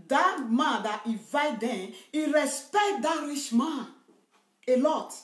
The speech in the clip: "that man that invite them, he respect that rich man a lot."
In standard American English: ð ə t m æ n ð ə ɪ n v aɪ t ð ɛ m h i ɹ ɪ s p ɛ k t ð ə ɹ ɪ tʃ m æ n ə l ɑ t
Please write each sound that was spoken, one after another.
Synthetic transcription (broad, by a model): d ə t m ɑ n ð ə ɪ v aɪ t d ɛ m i ɹ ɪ s p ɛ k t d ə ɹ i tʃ m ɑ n ə l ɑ t